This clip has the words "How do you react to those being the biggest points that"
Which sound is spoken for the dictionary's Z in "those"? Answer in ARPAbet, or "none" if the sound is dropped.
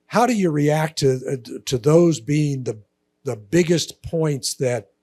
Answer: Z